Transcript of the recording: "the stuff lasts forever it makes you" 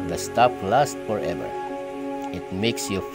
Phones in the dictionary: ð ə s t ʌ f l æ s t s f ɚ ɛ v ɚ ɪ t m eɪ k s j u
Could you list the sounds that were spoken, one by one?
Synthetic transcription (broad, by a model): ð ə s t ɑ p l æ s t f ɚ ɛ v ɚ ɪ t m eɪ k s j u